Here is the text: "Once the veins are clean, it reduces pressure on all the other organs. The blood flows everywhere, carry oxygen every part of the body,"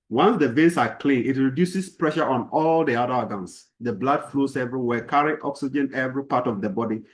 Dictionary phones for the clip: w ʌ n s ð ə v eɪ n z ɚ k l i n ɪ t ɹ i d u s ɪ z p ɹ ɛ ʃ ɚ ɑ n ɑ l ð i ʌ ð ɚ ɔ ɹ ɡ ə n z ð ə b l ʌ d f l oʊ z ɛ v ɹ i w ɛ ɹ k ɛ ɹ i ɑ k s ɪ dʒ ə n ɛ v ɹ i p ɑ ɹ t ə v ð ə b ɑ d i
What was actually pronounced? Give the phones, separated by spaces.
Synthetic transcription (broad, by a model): w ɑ n s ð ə v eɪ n s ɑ k l i n ɪ t ɹ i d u s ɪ s p ɹ ɛ ʃ ɚ ɑ n ɑ l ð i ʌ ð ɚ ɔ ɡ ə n s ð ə b l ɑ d f l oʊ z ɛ v ɹ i w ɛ k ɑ ɹ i ɑ k s ɪ dʒ ə n ɛ v ɹ i p ɑ t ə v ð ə b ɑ d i